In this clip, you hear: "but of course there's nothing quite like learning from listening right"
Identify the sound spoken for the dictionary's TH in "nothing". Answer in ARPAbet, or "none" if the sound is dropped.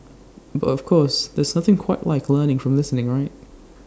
TH